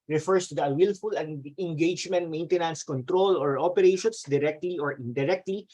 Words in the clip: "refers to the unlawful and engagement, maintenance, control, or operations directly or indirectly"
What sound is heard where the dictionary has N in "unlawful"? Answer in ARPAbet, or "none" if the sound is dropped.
none